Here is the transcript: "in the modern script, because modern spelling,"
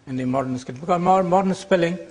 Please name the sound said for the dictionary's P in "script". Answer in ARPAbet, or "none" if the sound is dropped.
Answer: none